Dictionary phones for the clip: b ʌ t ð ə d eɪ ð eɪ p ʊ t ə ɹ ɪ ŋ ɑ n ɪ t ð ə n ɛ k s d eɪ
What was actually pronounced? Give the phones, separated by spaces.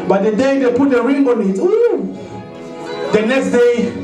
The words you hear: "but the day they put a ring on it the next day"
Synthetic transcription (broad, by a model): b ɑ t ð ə d eɪ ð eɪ p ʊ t ə ɹ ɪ ŋ ɑ n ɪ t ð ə n ɛ k s d eɪ